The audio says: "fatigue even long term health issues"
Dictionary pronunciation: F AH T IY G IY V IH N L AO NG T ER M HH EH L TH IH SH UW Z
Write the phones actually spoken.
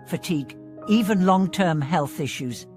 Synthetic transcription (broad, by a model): F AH T IY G IY V IH N L AO NG T ER M HH EH L TH IH SH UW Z